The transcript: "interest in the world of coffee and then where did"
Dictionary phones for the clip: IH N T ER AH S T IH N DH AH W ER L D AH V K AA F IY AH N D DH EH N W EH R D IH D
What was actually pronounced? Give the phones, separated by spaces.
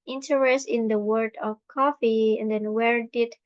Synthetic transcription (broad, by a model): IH N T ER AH S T IH N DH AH W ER D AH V K AA F IY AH N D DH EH N W EH R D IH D